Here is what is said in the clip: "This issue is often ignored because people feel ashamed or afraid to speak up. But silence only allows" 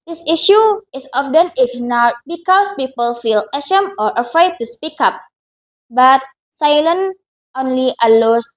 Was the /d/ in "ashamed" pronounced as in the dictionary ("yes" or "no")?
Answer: no